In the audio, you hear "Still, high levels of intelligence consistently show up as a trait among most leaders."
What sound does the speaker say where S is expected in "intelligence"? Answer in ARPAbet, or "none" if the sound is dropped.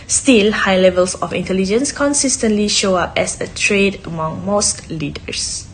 S